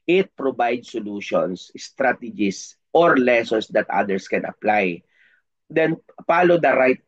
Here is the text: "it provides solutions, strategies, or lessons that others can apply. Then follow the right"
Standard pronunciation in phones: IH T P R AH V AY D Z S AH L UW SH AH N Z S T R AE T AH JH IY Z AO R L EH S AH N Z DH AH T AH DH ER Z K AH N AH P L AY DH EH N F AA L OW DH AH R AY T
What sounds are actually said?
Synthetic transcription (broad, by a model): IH T P R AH B AY D S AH L UW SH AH N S S T R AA T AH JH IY S AO R L EH S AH N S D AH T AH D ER S K AH N AH P L AY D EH N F AA L OW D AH R AY T